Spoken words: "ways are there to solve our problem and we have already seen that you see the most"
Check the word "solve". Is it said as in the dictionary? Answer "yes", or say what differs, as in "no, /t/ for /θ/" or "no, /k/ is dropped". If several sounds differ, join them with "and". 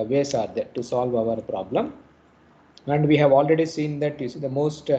yes